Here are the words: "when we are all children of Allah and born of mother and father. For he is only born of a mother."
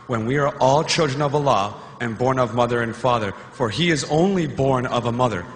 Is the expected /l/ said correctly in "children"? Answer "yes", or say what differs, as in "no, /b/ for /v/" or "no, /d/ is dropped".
yes